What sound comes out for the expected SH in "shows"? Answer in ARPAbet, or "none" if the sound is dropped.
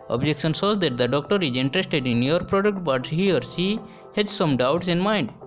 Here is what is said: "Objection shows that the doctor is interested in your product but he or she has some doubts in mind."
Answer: S